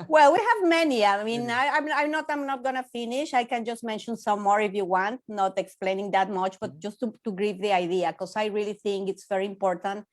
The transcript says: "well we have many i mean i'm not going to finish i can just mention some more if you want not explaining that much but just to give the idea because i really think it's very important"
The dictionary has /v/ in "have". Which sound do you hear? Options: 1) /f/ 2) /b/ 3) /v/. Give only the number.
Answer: 3